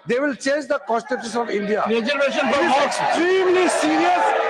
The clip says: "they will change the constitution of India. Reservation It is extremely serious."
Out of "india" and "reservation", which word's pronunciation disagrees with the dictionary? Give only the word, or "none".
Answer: reservation